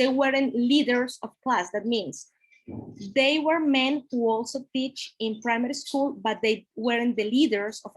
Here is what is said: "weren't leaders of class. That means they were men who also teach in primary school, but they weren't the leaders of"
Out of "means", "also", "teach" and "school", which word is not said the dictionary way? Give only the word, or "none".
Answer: means